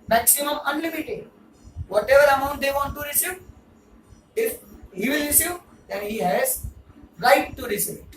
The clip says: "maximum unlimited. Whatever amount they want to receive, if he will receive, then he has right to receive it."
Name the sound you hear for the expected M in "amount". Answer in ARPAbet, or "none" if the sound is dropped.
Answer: M